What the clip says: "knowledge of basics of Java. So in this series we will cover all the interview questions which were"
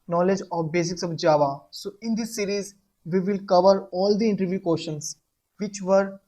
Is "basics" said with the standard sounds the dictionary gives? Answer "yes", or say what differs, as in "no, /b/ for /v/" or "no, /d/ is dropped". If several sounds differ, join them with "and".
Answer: yes